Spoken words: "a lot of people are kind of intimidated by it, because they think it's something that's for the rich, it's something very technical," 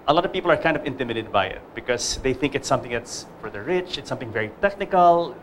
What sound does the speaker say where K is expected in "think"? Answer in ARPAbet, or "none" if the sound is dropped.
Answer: K